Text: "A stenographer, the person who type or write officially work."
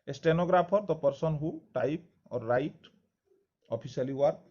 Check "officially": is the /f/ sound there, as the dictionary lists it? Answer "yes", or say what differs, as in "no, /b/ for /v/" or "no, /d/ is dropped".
no, /p/ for /f/